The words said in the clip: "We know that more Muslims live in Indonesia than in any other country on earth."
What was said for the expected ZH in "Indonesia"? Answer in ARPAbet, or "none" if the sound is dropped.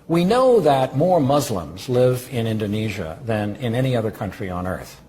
ZH